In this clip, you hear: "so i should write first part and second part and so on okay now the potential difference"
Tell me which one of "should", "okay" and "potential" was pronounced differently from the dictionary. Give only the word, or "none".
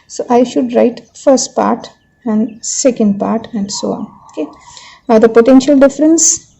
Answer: none